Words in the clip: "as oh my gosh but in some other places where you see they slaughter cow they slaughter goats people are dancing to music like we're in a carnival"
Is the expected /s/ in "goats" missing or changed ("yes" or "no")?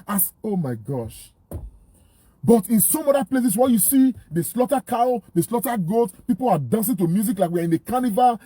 yes